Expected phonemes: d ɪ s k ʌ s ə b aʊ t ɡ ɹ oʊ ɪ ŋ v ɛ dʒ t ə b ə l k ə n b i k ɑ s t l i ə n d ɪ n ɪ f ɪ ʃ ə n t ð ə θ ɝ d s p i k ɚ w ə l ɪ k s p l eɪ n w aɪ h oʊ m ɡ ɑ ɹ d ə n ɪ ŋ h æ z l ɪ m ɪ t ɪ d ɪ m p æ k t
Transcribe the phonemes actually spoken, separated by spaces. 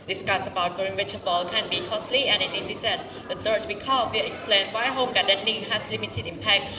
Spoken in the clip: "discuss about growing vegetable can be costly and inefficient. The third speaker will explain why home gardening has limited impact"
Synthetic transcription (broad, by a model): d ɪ s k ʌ s ə b aʊ t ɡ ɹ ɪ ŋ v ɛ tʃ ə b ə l k ə n b i k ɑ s l i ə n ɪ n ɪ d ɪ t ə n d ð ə t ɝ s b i k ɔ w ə ɪ k s p l eɪ n w aɪ h oʊ m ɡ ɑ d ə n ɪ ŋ h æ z l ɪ m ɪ t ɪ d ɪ m p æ k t